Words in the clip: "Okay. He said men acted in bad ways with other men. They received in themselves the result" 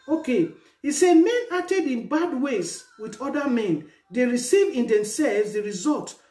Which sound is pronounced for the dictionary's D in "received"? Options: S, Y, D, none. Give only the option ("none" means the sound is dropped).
none